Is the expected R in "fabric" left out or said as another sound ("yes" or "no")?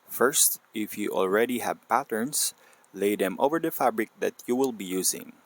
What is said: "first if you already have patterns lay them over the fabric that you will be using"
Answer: no